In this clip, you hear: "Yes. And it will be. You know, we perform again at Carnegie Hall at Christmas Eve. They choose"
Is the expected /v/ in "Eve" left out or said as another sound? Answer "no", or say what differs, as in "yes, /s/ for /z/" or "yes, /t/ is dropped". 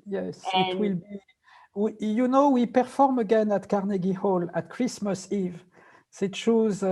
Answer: no